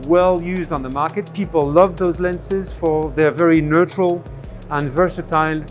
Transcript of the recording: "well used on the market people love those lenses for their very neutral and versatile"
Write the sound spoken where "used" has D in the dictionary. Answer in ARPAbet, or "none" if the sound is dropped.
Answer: D